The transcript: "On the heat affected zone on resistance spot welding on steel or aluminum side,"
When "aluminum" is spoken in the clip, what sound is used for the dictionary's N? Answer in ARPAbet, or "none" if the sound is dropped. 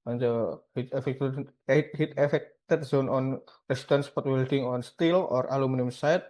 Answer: N